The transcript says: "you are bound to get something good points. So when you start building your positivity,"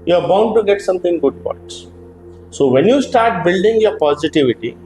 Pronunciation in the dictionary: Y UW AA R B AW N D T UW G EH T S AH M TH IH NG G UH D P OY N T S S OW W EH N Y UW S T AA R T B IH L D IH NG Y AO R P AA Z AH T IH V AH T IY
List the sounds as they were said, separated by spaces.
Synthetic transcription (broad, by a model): Y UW AA R B AW N D T UW G EH T S AH M T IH NG G UH D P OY T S S OW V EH N Y UW S T AA R T B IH L D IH NG Y AO R P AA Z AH T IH V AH T IY